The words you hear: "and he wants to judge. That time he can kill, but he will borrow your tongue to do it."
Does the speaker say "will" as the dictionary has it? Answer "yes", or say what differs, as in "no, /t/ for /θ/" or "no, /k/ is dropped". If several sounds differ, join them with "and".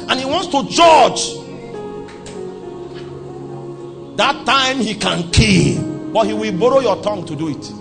yes